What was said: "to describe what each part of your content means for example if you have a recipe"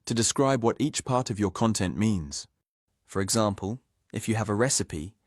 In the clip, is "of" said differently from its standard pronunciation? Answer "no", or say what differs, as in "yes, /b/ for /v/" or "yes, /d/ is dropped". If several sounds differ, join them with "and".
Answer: no